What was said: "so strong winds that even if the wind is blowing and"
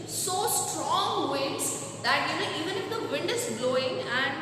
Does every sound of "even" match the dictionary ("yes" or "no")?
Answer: yes